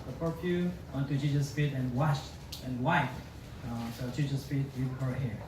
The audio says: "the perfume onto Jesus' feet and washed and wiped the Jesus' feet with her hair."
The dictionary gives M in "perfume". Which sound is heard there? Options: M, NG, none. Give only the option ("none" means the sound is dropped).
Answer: none